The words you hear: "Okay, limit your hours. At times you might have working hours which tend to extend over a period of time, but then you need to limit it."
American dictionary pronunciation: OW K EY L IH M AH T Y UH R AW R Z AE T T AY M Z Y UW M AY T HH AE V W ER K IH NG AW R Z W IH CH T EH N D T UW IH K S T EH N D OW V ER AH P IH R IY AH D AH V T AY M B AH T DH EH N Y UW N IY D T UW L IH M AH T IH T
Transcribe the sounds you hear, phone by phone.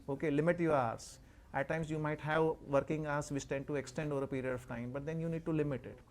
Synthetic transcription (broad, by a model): OW K EY L IH M AH T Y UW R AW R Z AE T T AY M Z Y UW M AY T HH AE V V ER K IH NG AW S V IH S T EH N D T UW IH K S T EH N D OW V ER AH P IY R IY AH D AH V T AY M B AH T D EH N Y UW N IY D T UW L IH M AH T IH T